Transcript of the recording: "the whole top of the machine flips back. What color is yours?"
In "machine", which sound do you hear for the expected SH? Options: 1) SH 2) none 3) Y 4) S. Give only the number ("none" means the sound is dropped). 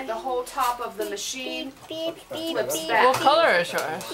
1